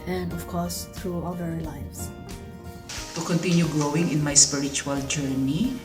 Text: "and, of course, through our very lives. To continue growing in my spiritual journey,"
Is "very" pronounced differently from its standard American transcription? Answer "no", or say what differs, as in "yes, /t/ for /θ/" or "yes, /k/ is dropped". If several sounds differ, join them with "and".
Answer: yes, /l/ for /ɹ/